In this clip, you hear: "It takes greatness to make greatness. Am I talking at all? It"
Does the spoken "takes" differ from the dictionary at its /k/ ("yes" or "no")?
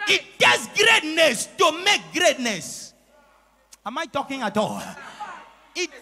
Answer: yes